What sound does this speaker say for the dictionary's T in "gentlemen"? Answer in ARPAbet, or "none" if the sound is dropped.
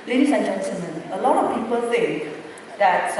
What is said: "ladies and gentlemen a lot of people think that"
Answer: S